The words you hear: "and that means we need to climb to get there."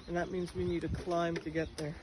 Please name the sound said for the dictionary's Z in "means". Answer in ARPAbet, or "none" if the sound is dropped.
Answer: Z